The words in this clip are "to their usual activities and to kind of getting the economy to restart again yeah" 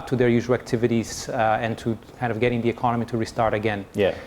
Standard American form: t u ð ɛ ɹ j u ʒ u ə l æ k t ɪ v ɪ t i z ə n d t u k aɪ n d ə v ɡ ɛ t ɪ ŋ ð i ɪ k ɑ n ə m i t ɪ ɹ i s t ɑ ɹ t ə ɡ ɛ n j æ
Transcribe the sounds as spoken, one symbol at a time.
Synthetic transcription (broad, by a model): t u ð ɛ ɹ j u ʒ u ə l æ k t ɪ v ɪ t i z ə n t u k aɪ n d ə v ɡ ɛ t ɪ ŋ ð i ɪ k ɑ n ə m i t ɪ ɹ i s t ɑ ɹ t ə ɡ ɛ n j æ